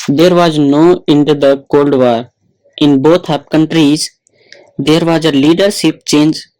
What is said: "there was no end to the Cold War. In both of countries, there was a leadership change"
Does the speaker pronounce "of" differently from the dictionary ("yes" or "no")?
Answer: yes